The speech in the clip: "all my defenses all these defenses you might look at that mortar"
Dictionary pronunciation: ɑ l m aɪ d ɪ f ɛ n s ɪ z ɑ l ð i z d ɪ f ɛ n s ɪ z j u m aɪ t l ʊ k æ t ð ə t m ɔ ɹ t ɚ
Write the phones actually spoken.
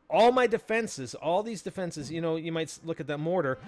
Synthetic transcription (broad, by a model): ɑ l m aɪ d ɪ f ɛ n s ɪ z ɑ l ð i z d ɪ f ɛ n s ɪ z j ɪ m aɪ t l ʊ k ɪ t ð ə t m ɔ ɹ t ɚ